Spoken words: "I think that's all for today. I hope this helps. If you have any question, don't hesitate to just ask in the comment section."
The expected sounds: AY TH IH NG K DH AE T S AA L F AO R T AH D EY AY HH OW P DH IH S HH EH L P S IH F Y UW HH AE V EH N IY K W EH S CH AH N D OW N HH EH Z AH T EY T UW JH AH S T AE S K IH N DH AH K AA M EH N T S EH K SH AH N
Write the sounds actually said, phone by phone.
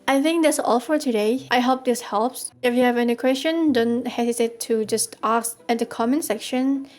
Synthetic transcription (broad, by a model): AY TH IH NG K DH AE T S AA L F AO R T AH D EY AY HH OW P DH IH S HH EH L P S IH F Y UW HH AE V EH N IY K W EH S CH AH N D OW N HH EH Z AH T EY T UW JH AH S T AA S IH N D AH K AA M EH N S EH K SH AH N